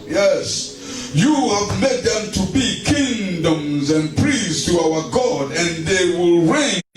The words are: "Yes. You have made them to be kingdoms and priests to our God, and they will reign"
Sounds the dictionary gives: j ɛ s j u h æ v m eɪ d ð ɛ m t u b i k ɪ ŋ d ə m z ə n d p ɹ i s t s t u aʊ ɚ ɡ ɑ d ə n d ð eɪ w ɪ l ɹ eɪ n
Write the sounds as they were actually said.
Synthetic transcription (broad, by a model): j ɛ s j u h æ v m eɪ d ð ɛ m t u b i k ɪ ŋ d ə m z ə n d p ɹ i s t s t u aʊ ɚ ɡ ɑ d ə n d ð eɪ w ɪ l ɹ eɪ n